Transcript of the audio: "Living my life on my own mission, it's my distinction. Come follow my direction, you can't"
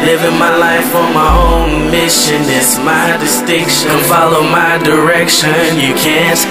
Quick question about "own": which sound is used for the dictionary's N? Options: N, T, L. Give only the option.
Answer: N